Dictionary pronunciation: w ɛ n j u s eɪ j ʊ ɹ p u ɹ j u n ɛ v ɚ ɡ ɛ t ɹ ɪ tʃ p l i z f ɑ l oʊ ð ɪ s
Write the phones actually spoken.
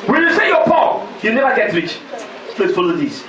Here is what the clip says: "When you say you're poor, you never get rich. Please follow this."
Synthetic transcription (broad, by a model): w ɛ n j u s eɪ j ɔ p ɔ j u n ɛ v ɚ ɡ ɛ t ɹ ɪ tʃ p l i s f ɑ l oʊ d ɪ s